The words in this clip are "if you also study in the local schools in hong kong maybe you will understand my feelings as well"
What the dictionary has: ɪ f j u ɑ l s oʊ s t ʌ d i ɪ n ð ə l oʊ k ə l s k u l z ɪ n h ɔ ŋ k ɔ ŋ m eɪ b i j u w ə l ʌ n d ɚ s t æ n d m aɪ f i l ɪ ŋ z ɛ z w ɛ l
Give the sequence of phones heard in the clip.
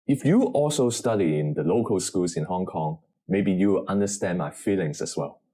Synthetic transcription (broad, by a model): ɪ f j u ɑ l s oʊ s t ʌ d i ɪ n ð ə l oʊ k ə l s k u l s ɪ n h ɔ ŋ k ɔ ŋ m eɪ b i j u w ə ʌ n d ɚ s t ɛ n m aɪ f i l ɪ ŋ s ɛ s w ɛ l